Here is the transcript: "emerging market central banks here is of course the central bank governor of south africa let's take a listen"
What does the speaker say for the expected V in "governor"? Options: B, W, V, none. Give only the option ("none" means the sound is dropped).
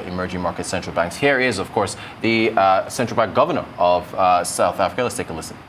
V